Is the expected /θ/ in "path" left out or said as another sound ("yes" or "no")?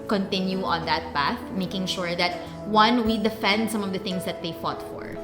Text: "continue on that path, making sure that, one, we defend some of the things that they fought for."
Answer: no